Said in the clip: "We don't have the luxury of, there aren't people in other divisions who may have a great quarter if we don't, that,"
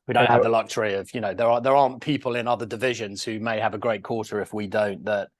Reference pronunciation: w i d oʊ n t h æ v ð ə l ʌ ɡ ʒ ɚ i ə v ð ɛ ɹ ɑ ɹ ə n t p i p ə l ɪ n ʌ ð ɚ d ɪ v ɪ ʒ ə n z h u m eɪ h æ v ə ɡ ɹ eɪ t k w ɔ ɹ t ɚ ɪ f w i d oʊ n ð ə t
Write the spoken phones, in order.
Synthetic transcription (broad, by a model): w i d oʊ n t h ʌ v ð ə l ʌ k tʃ ɚ i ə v ð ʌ ɹ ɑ ɹ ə n p i p ə l ɪ n ʌ ð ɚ d ɪ v ɪ ʒ ə n z h u m eɪ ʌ v ə ɡ ɹ eɪ t k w ɔ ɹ t ɚ ɪ f w i d oʊ n ð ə t